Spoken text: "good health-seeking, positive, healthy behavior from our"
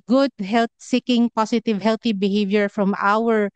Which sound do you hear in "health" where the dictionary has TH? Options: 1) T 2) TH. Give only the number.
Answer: 1